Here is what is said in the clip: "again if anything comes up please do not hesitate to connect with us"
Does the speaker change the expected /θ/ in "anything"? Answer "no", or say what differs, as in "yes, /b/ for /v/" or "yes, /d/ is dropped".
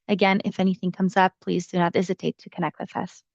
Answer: no